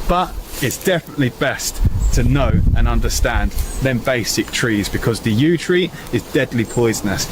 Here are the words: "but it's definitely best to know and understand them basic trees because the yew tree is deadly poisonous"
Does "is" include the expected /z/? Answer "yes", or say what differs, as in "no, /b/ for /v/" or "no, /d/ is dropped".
yes